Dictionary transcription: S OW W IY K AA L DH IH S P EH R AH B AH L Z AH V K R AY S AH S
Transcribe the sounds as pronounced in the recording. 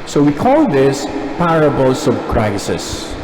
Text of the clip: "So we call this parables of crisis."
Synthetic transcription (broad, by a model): S OW W IY K AA L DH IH S P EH R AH B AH L S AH B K R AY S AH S